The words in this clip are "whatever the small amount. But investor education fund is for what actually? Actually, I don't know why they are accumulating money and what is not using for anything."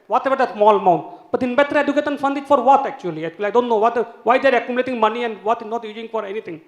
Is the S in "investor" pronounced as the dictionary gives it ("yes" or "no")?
no